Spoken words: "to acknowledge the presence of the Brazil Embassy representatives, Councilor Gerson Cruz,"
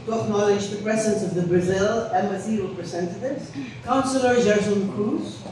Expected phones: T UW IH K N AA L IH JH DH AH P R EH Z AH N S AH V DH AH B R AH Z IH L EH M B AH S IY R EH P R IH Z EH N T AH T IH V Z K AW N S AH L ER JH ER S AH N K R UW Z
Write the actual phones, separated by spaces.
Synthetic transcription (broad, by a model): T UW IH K N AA L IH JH DH AH P R EH Z AH N S AH V DH AH B R AH Z IH L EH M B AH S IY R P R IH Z EH N T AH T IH V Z K AW N S AH L ER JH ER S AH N K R UW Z